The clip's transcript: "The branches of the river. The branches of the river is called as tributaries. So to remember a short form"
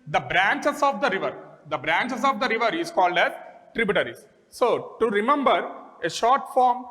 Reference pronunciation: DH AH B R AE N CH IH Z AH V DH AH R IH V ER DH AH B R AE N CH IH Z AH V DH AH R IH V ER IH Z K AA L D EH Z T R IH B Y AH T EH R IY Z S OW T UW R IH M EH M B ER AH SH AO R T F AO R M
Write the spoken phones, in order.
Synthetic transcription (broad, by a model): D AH B R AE N CH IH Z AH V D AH R IH V ER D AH B R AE N CH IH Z AH V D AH R IH V ER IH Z K AA L D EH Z T R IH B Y T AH R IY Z S OW T UW R IH M EH M B ER AH SH AO R T F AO R M